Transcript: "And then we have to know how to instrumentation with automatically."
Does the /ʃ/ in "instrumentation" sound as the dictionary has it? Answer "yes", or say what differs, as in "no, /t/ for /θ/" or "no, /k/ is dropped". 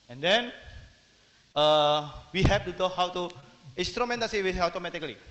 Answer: no, /s/ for /ʃ/